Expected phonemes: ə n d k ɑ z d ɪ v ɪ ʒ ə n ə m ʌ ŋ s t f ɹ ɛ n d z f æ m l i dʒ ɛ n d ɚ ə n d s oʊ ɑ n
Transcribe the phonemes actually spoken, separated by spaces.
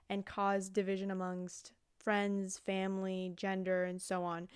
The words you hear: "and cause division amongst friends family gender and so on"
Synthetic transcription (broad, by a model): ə n k ɑ z d ɪ v ɪ ʒ ə n ə m ʌ ŋ s t f ɹ ɛ n d z f æ m l i dʒ ɛ n d ɚ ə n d s oʊ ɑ n